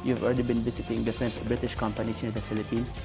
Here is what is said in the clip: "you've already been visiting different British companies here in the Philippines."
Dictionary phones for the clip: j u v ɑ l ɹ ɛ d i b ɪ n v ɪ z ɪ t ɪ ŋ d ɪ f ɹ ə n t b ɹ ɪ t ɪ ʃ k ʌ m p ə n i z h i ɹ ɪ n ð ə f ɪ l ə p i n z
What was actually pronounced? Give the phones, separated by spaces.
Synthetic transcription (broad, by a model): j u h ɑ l ɹ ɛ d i b ɪ n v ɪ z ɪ t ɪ ŋ d ɪ f ɹ ə n t b ɹ ɪ t ɪ ʃ k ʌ m p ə n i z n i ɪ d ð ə f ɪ l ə p i n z